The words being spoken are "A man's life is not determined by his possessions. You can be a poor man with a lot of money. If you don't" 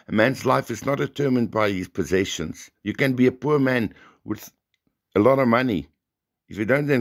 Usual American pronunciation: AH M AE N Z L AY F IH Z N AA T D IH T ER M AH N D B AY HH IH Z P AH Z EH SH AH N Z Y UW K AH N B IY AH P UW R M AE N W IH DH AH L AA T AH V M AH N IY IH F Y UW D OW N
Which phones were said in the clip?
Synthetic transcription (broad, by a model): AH M AE N Z L AY F IH Z N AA T D IH T ER M AH N D B AY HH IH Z P AH Z EH SH AH N Z Y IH K AH N B IY AH P UW R M AE N W IH DH AH L AA T AH V M AH N IY IH F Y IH D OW N